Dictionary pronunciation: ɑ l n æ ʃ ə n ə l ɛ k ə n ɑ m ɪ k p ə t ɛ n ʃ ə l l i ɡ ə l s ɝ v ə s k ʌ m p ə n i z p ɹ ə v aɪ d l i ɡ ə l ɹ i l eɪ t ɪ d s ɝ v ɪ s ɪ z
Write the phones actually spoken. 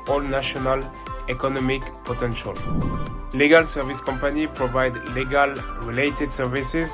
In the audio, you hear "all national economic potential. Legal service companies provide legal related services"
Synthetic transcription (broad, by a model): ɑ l n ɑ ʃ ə n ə l ɛ k ə n ɑ m ɪ k p ə t ɛ n ʃ ə l l i ɡ ə l s ɝ v ə s k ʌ m p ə n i p ɹ ə v aɪ d l i ɡ ə l ɹ i l eɪ t ɪ d s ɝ v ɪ s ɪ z